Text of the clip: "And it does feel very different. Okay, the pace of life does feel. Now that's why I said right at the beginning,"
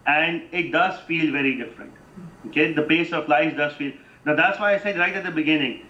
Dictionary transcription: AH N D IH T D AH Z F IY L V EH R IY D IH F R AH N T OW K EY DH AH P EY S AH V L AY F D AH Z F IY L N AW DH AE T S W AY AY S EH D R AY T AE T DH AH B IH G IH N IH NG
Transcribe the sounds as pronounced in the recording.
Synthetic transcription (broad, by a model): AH N D IH T D AH Z F IY L V EH R IY D IH F R AH N T OW K EY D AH P EY S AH P L AY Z D AH Z F IY L N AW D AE T S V AY AY S EH D R AY T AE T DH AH B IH G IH N IH NG